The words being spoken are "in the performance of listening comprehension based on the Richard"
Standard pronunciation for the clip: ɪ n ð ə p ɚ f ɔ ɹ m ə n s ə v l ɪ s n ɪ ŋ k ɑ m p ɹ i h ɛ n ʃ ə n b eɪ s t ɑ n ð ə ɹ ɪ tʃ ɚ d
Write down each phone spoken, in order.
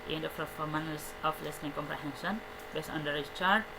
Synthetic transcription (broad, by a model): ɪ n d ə f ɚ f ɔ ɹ m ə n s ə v l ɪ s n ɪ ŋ k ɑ m p ɹ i h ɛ n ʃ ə n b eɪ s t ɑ n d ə ɹ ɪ tʃ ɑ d